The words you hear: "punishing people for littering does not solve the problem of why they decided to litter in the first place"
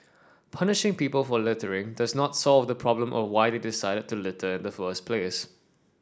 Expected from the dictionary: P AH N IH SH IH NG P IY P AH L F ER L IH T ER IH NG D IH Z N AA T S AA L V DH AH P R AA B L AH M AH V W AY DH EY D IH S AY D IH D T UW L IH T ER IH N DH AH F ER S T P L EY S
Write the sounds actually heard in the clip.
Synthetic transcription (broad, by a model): P AH N IH SH IH NG P IY P AH L F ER L IH T ER IH NG D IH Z N AA T S AA L V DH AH P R AA B L AH M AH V W AY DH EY D IH S AY D IH D T UW L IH T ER IH N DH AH F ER S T P L EY S